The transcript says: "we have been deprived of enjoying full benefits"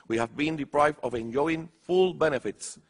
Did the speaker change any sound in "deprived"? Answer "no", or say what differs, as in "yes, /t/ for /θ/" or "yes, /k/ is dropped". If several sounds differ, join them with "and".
no